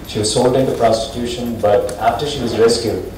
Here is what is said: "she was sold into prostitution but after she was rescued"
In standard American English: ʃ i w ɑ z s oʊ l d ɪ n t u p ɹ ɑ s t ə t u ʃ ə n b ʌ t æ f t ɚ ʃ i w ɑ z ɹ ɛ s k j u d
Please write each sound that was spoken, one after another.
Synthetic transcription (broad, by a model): ʃ i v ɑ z s oʊ l d ɪ n t u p ɹ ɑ s t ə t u ʃ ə n b ʌ t æ f t ɚ ʃ i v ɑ z ɹ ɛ s k j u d